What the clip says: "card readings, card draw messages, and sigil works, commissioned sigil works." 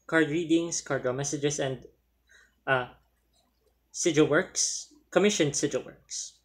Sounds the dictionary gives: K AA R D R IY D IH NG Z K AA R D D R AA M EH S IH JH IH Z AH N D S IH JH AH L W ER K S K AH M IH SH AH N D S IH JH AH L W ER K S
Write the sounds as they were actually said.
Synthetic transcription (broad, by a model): K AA R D R IY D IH NG S K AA R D D R AA M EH S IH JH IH S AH N D S IH JH AH L W ER K S K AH M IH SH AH N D S IH JH AH L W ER K S